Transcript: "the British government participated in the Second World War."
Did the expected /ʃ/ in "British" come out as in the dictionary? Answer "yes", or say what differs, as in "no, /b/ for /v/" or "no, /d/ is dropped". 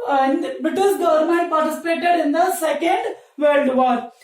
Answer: no, /s/ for /ʃ/